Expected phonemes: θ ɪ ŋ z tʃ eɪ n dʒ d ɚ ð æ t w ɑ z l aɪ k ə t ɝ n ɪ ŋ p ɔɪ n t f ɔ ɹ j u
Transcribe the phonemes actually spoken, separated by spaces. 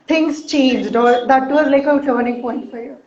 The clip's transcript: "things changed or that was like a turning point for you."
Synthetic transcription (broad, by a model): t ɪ ŋ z tʃ eɪ n dʒ d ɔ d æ t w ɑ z l aɪ k ə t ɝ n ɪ ŋ p ɔɪ n t f ɔ ɹ j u